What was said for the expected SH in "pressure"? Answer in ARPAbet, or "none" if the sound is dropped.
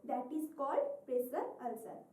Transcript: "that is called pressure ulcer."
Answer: S